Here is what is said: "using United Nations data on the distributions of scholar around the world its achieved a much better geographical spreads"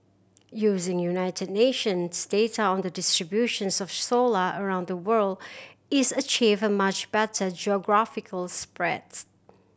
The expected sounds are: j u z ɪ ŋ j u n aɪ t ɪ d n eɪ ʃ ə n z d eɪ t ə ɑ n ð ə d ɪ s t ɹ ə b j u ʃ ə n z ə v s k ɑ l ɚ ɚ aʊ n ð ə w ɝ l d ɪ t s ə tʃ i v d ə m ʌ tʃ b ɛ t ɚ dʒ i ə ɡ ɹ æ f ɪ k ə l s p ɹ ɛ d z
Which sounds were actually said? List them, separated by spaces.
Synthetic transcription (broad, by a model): j u z ɪ ŋ j u n aɪ t ɪ d n eɪ ʃ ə n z d eɪ t ə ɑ n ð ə d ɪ s t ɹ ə b j u ʃ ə n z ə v s ɔ l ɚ ɚ aʊ n ð ə w ɝ l d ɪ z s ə tʃ i v ə m ʌ tʃ b ɛ t ɚ dʒ i ə ɡ ɹ æ f ɪ k ə l s p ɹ ɛ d